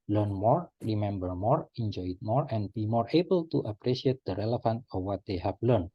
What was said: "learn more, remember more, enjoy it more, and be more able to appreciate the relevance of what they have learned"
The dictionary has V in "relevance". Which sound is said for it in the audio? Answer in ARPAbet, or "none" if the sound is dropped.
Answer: F